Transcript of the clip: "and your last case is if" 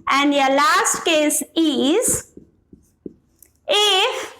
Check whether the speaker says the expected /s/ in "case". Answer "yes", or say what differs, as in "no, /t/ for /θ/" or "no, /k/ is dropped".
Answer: yes